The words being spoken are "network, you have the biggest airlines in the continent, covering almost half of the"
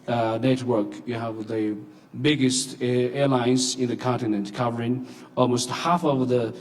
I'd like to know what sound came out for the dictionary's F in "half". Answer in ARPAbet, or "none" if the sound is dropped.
F